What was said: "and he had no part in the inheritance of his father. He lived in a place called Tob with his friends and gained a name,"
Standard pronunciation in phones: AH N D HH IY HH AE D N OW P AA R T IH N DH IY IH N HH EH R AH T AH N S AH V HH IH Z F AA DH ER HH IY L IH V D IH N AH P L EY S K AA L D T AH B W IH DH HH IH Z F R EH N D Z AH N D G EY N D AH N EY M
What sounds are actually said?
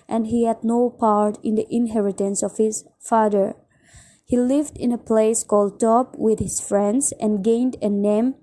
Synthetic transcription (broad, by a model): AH N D HH IY HH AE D N OW P AA R T IH N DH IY IH N HH EH R AH T AH N S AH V HH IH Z F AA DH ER HH IY L IH V D IH N AH P L EY S K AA L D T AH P W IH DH HH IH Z F R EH N D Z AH N G EY N D AH N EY M